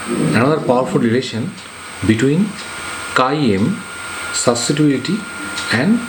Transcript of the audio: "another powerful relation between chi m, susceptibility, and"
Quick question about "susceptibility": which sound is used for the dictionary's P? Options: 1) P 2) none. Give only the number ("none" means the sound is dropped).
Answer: 2